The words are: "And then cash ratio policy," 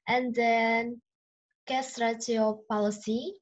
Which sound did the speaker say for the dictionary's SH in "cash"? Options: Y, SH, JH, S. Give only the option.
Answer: S